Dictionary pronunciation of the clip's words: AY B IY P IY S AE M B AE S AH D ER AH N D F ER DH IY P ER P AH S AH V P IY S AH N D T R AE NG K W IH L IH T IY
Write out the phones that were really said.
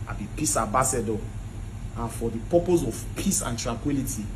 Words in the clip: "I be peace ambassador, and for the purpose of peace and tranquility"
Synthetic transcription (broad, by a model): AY B IY P IY S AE B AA S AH D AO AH N F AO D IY P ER P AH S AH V P IY S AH N T R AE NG K W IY L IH T IY